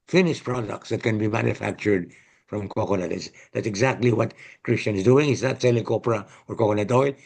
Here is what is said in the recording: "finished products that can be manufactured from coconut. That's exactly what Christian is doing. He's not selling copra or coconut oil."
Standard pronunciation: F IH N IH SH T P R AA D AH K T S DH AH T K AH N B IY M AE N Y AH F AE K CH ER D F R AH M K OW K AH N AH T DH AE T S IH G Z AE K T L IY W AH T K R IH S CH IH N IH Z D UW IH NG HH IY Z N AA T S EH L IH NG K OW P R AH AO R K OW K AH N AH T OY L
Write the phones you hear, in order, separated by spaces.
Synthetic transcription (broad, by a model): F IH N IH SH P R AA D AH K T S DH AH T K AH N B IY M AE N Y AH F AE K CH ER D F R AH M K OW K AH L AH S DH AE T S IH G Z AE K T L IY W AH T K R IH S CH IH N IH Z D UW IH NG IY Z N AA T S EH L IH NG K OW P R AH AO R K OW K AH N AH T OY L